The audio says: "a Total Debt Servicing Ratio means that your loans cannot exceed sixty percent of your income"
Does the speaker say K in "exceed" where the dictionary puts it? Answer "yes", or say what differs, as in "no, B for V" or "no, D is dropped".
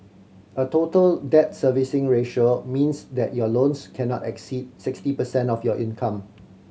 yes